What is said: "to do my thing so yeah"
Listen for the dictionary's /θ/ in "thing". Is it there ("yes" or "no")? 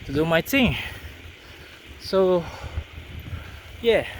no